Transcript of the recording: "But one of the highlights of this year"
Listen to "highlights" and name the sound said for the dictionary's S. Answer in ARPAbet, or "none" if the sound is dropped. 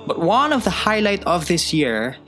none